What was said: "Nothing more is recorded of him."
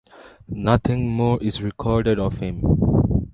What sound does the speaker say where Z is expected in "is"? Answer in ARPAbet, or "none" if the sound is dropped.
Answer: S